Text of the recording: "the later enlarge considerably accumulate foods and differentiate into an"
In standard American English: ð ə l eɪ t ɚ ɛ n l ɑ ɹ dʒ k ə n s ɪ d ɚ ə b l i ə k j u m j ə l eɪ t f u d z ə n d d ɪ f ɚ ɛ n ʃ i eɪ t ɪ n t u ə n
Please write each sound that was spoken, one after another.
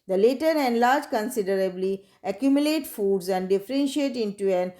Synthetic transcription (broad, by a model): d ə l eɪ t ɚ ɛ n l ɑ ɹ dʒ k ə n s ɪ d ɚ ə b l i ə k j u m j ə l eɪ t f u d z ə n d d ɪ f ɚ ɛ n ʃ i eɪ t ɪ n t u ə n